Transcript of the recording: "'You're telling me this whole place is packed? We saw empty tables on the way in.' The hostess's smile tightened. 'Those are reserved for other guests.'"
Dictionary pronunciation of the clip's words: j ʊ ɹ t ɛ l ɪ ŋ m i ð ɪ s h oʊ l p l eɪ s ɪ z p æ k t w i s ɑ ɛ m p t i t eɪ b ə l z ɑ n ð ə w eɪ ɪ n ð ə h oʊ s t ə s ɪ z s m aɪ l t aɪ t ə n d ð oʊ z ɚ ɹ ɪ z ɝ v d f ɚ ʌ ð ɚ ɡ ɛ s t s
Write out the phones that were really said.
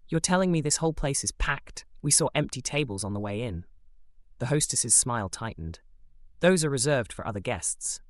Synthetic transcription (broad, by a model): j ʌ ɹ t ɛ l ɪ ŋ m i ð ɪ s h oʊ l p l eɪ s ɪ z p æ k t w i s ɑ ɛ m p t i t eɪ b ə l z n ð ə w eɪ ɪ n ð ə h oʊ s t ə s ɪ z s m aɪ l t aɪ t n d ð oʊ z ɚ ɹ ɪ z ɝ v d f ɚ ʌ ð ɚ ɡ ɛ s t s